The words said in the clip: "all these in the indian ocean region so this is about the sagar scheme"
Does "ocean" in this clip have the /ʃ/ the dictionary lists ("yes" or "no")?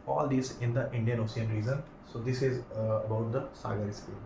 no